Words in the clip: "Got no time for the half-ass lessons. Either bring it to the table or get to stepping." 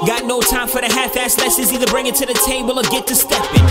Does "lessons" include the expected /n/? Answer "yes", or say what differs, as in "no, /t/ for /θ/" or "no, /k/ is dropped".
no, /n/ is dropped